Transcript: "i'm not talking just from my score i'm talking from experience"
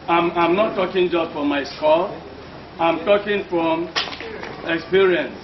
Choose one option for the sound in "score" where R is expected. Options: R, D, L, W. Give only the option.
L